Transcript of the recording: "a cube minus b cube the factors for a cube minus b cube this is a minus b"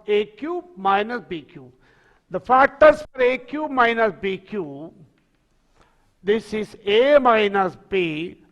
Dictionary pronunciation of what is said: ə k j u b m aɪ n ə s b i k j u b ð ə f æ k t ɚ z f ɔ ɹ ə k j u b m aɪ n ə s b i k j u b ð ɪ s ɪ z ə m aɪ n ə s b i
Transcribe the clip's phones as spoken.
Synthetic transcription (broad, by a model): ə k j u m aɪ n ə s b i k j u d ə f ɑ t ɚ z f ɔ ɹ ə k j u m aɪ n ə s b i k j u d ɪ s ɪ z ə m aɪ n ə s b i